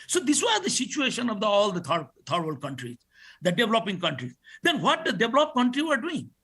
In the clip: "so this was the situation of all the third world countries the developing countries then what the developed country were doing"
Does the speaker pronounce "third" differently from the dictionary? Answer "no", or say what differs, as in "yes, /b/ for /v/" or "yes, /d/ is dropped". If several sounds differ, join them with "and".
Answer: yes, /t/ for /θ/